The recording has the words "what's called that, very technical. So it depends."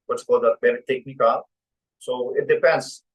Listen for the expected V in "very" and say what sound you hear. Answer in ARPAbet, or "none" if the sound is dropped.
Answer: B